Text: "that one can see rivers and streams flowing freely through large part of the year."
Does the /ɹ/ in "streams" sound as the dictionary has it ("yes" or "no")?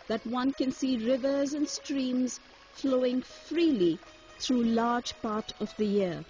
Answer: yes